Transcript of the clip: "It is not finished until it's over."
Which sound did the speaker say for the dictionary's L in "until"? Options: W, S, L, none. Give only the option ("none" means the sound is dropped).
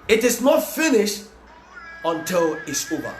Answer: L